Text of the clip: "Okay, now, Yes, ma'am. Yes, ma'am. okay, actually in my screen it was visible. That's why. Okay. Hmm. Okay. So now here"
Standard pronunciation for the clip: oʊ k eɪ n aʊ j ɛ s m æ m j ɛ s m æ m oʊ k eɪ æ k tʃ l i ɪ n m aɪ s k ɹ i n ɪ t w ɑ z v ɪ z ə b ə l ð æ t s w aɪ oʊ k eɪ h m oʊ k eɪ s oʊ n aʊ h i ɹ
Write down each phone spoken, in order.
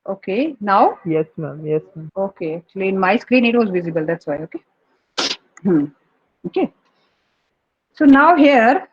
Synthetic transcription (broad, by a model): oʊ k eɪ n aʊ j ɛ s m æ m j ɛ s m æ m oʊ k eɪ æ k tʃ l i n m aɪ s k ɹ i n ɪ t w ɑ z v ɪ z ə b ə l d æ t s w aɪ oʊ k eɪ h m oʊ k eɪ s oʊ n aʊ h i ɹ